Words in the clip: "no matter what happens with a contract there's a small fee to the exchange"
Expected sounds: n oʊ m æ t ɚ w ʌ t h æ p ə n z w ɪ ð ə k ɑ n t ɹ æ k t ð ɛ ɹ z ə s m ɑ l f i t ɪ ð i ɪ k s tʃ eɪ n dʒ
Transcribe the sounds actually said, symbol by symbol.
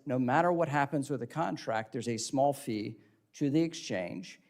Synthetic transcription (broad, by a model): n oʊ m æ t ɚ w ʌ t h æ p ə n z w ɪ ð ə k ɑ n t ɹ æ k t ð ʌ ɹ z ə s m ɑ l f i t ɪ ð i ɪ k s tʃ eɪ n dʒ